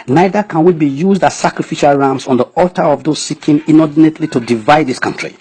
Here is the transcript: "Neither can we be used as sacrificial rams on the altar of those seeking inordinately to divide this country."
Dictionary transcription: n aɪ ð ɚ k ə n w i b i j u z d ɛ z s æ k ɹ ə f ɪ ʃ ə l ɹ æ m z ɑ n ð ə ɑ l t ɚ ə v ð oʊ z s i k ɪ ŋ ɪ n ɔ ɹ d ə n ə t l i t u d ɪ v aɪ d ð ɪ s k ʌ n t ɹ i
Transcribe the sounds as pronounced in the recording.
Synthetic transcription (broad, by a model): n aɪ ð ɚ k ə n w i b i j u z d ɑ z s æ k ɹ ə f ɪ ʃ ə l ɹ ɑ m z ɑ n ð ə ɑ l t ɚ ə v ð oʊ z s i k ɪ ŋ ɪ n ɔ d n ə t l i t u d ɪ v aɪ d ð ɪ s k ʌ n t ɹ i